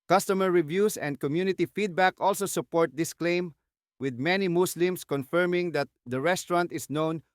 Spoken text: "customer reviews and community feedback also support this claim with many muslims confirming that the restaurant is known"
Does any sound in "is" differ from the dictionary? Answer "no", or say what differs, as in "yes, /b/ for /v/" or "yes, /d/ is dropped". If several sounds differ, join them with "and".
yes, /s/ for /z/